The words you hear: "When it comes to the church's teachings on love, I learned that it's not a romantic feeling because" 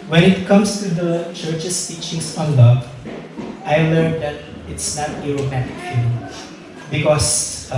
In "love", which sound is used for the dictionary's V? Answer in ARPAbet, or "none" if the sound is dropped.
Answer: none